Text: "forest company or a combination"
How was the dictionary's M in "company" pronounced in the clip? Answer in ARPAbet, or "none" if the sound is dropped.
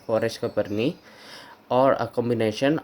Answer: none